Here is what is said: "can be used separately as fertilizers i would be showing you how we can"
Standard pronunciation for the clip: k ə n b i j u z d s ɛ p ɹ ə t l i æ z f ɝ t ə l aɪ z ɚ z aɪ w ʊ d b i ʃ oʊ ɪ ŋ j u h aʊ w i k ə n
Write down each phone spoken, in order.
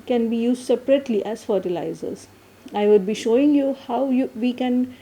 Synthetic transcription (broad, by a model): k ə n b i j u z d s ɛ p ɹ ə t l i æ z f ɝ t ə l aɪ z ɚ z aɪ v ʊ d b i ʃ oʊ ɪ ŋ j u h aʊ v i k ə n